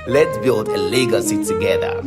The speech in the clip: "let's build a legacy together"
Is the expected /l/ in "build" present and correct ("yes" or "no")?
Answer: yes